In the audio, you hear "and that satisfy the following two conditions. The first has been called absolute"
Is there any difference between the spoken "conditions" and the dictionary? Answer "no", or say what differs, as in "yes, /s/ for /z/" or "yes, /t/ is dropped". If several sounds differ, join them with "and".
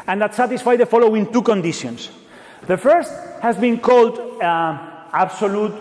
yes, /s/ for /z/